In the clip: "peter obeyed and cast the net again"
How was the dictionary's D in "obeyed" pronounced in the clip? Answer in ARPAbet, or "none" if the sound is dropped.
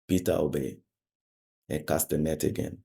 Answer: none